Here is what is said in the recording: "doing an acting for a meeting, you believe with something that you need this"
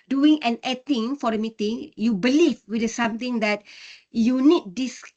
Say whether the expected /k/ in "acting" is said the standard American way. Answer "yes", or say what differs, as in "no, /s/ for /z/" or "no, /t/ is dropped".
no, /k/ is dropped